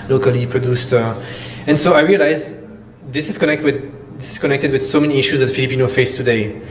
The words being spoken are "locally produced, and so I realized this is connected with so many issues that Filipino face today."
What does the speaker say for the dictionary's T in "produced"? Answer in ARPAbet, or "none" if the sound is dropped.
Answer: T